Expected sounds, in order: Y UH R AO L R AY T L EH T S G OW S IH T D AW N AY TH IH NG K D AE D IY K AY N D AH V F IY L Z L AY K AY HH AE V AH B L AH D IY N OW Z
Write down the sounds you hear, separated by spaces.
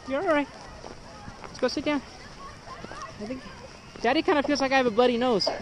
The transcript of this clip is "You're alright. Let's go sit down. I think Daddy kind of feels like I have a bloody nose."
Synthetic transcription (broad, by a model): Y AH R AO R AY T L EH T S G OW S IH T D AW N AY TH IH NG K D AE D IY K AY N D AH F IY L Z L AY K AY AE V AH B AH D IY N OW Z